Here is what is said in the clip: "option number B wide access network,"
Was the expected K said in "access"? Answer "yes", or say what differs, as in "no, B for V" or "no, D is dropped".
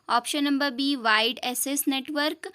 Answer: no, K is dropped